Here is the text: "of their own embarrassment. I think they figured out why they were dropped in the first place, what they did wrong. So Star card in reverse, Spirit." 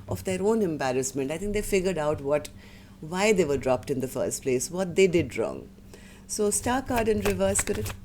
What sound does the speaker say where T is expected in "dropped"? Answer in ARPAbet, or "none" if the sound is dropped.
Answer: T